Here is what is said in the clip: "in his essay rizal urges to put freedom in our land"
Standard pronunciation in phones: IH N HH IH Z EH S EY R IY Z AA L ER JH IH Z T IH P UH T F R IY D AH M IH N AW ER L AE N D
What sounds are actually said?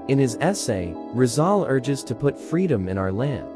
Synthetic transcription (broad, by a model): IH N IH Z EH S EY R IY Z AA L ER JH IH Z T IH P UH T F R IY D AH M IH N AW ER L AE N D